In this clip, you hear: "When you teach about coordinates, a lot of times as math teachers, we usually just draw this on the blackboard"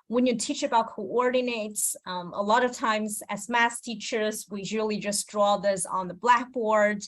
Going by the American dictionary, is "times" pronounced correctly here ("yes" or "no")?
yes